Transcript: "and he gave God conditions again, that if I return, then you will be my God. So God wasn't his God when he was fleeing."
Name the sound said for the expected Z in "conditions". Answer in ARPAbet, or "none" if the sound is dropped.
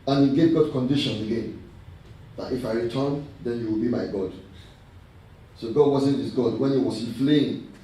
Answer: none